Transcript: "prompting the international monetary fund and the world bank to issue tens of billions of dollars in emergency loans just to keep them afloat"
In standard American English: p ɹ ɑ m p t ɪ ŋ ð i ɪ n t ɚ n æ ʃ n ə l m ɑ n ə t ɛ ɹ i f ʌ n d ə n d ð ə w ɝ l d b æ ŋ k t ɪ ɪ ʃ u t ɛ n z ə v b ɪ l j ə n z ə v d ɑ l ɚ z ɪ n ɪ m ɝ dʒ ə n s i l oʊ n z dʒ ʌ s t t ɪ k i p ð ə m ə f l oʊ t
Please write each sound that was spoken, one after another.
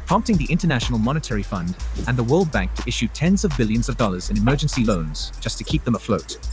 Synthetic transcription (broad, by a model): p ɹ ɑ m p t ɪ ŋ ð i ɪ n t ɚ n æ ʃ n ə l m ɑ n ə t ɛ ɹ i f ʌ n d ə n ð ə w ɝ l d b æ ŋ k t ɪ ɪ ʃ u t ɛ n z ə v b ɪ l j ə n z ə v d ɑ l ɚ z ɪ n ɪ m ɝ dʒ ə n s i l oʊ n z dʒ ʌ s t t ɪ k i p ð ə m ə f l oʊ t